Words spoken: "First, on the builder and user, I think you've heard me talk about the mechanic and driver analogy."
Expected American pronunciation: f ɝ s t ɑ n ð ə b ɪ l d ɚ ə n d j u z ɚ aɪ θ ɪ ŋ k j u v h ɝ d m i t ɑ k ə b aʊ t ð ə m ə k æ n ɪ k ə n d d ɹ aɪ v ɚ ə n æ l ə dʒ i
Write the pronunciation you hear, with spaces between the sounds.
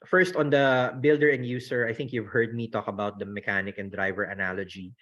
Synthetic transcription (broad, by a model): f ɝ s t ɑ n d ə b ɪ l d ɚ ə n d j u s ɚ aɪ θ ɪ ŋ k j u v h ɝ d m i t ɑ k ə b aʊ t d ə m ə k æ n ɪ k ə n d d ɹ aɪ v ɚ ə n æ l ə dʒ i